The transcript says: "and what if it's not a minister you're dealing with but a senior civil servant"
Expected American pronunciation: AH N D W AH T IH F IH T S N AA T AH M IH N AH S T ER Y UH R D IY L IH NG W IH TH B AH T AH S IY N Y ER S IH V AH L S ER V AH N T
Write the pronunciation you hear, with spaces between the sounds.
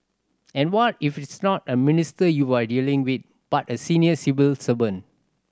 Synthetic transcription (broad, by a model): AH N W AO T IH F IH T S N AA T AH M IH N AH S T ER Y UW W D IY L IH NG W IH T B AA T AH S IY N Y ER S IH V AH L S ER B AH N